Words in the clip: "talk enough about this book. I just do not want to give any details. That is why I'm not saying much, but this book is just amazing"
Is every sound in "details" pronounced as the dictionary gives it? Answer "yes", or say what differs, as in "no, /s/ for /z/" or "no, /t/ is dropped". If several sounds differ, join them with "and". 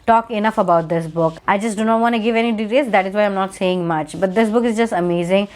no, /l/ is dropped